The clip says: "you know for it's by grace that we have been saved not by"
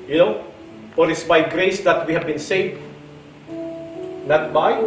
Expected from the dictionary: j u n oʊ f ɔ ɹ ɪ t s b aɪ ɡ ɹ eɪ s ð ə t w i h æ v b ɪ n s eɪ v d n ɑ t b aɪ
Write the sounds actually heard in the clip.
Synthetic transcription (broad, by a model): j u n oʊ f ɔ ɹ ɪ t s b aɪ ɡ ɹ eɪ s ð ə t w i h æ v b ɪ n s eɪ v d n ɑ t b aɪ